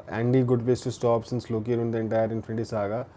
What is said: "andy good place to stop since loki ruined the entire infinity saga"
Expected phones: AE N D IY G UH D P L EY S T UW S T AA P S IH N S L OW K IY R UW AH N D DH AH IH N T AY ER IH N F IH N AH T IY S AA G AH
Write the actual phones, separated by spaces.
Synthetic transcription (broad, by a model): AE N D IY G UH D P EY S T UW S T AA P S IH N S L OW K IY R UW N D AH N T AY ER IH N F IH N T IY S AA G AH